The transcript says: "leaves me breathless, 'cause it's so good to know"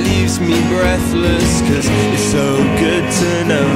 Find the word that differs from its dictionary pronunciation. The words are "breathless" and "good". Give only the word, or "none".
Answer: none